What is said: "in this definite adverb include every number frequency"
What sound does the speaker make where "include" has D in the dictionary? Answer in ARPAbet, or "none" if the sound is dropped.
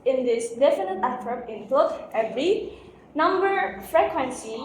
none